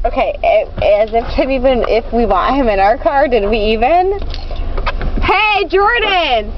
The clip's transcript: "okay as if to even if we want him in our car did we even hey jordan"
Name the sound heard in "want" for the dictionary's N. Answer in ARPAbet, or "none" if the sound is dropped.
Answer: none